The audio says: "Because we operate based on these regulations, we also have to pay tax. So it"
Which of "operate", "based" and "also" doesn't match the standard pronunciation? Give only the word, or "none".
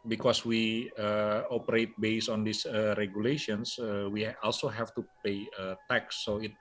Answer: based